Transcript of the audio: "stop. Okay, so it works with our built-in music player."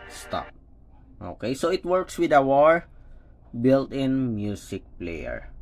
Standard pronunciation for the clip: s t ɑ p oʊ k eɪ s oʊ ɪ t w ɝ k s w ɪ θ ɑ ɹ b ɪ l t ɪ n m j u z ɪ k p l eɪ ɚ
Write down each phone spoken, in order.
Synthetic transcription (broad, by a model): s t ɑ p oʊ k eɪ s oʊ ɪ t w ɝ k s w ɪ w ɑ ɹ b ɪ l t ɪ n m j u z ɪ k p l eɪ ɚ